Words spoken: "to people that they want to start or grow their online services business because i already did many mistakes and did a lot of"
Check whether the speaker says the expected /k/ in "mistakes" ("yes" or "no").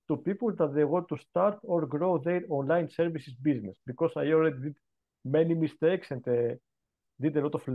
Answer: yes